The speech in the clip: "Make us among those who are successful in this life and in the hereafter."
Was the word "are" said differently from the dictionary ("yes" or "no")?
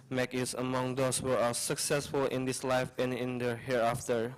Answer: yes